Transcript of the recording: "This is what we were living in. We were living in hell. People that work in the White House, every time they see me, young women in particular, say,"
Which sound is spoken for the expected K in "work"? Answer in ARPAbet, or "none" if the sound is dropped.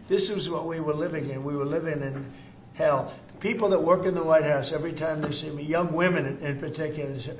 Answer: K